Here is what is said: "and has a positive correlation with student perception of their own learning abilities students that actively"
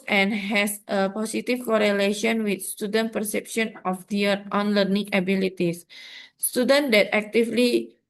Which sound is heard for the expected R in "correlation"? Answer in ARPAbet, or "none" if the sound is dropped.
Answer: R